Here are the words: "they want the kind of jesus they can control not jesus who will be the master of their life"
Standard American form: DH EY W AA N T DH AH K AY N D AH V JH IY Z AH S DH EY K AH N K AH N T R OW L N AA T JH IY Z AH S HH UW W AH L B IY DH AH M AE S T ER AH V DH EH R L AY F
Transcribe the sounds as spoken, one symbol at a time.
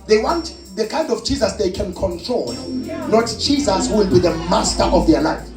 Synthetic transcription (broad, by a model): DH EY W AA N T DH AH K AY N D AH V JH IY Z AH S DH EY K AH N K AH N T R OW L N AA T JH IY Z AH S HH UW W AH L B IY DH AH M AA S T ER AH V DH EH L AY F